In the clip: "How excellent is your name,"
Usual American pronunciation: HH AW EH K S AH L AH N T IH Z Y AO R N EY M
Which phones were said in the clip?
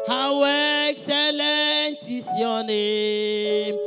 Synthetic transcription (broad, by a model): HH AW EH K S AH L AH N T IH S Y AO N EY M